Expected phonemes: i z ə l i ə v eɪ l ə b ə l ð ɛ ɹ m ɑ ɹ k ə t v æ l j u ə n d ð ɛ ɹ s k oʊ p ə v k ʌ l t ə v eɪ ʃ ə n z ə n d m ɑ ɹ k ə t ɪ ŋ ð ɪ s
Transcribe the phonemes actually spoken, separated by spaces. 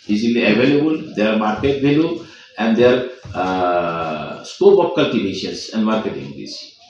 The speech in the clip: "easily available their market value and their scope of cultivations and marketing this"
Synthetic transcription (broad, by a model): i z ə l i ə v eɪ l ə b ə l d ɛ ɹ m ɑ ɹ k ə t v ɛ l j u ə n d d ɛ ɹ s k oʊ b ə p k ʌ l t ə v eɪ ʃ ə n s ə n d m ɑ ɹ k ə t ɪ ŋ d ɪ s